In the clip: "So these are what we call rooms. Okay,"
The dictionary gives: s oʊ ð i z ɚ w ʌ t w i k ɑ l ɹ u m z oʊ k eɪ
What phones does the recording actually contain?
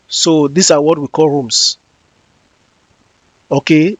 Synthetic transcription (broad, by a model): s oʊ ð i s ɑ w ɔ t w i k ɑ l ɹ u m s oʊ k eɪ